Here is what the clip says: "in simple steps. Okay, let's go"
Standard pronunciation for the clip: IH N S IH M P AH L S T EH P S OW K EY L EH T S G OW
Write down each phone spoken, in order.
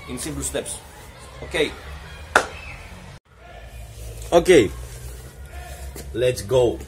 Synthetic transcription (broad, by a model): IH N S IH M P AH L S T EH P S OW K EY L EH T S G OW